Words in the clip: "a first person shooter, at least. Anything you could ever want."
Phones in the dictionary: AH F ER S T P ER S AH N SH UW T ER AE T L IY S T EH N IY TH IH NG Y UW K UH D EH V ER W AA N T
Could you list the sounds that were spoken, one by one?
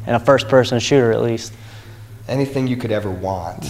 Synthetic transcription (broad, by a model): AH F ER S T P ER S AH N SH UW T ER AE T L IY S T EH N IY TH IH NG Y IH K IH D EH V ER W AA N T